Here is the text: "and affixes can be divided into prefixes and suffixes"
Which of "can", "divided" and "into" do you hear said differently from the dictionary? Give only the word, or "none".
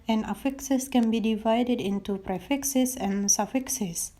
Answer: none